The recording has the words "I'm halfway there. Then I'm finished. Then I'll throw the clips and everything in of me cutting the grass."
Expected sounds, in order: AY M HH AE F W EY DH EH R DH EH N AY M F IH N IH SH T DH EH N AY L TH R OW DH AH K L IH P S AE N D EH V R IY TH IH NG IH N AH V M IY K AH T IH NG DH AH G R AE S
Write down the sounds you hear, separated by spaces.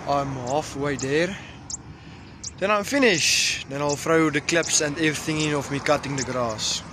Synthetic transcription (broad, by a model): AY M HH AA F W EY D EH R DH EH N AY M F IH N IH SH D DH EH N AY L F R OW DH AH K L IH P S AE N D EH V R IY TH IH NG IH N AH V M IY K AH T IH NG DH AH G R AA S